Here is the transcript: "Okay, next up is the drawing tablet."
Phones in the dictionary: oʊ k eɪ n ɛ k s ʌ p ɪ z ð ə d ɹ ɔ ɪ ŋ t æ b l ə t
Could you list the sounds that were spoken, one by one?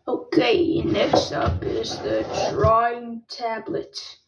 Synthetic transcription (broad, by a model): oʊ k eɪ n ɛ s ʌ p ɪ z ð ə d ɹ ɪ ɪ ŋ t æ b l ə t